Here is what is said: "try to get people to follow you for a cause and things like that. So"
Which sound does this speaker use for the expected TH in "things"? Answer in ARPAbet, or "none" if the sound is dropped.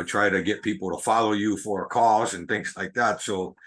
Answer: TH